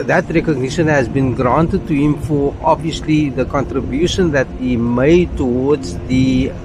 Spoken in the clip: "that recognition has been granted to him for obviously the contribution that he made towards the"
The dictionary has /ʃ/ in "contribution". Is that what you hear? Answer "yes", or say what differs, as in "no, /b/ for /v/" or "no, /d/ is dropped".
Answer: yes